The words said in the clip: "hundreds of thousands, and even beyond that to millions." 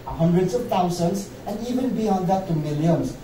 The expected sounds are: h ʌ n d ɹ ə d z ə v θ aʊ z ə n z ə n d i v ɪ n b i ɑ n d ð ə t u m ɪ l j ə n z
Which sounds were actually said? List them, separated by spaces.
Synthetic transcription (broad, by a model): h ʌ n d ɹ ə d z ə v t aʊ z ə n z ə n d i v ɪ n b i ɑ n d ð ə t u m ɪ l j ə n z